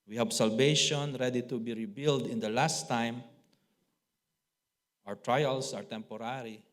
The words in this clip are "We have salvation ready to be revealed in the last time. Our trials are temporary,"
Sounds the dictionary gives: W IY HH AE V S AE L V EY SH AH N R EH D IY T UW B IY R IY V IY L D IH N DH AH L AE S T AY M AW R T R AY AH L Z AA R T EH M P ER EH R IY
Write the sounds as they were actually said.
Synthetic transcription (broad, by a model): W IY HH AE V S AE L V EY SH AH N R EH D IY T UW B IY R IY B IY L D IH N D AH L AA S T AY M AW R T R AY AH L S AA R T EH M P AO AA R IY